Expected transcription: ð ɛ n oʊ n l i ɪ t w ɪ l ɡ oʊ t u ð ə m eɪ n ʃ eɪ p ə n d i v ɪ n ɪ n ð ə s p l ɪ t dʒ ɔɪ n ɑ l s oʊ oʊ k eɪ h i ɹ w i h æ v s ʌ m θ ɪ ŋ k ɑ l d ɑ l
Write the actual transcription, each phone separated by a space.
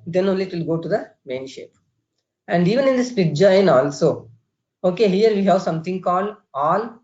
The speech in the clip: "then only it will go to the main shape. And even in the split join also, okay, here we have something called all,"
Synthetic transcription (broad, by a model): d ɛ n oʊ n l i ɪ t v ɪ l ɡ oʊ t u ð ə m eɪ n ʃ eɪ p ə n d i v ɪ n ɪ n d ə s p ɪ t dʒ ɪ n ɑ l s oʊ oʊ k eɪ h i ɹ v i h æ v s ʌ m t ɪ ŋ k ɑ l d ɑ l